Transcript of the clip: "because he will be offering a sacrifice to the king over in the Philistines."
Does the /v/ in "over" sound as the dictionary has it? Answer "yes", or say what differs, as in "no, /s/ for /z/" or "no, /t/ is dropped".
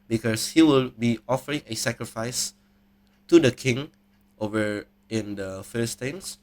yes